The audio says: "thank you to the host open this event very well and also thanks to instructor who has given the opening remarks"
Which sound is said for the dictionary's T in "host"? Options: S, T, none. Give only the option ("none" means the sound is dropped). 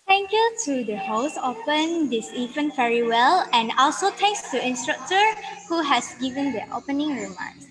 none